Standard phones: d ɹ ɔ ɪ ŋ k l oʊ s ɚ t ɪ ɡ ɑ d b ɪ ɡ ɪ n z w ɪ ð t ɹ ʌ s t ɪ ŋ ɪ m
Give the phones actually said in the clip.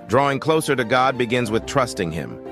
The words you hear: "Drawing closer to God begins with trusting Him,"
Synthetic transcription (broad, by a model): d ɹ ɔ ɪ ŋ k l oʊ s ɚ t ɪ ɡ ɑ d b ɪ ɡ ɪ n z w ɪ ð t ɹ ʌ s t ɪ ŋ ɪ m